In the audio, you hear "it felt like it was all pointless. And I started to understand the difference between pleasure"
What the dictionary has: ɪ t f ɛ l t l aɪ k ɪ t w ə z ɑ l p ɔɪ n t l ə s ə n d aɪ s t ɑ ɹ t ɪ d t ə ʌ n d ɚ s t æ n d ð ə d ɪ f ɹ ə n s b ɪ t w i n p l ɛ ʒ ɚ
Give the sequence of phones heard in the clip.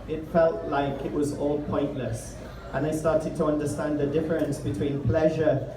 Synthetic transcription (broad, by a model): ɪ t f ɛ l t l aɪ k ɪ t w ə z ɑ l p ɔɪ n t l ə s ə n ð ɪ s t ɑ ɹ t ɪ d t ə ʌ n d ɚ s t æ n ð ə d ɪ f ɹ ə n s b ɪ t w i n p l ɛ ʒ ɚ